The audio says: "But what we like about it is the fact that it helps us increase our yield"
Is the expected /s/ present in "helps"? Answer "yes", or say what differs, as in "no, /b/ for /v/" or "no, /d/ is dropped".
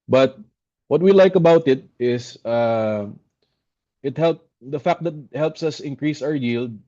yes